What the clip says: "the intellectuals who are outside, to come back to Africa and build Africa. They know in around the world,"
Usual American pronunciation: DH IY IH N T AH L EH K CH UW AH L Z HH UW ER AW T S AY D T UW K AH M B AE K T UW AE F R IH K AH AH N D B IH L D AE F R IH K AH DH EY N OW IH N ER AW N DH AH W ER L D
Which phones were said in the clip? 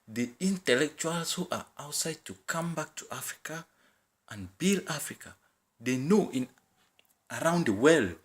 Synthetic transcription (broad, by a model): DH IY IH N T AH L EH K CH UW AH L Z HH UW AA AW T S AY D T UW K AH M B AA K T UW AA F R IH K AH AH N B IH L AA F R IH K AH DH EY N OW IH N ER AW N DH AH W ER L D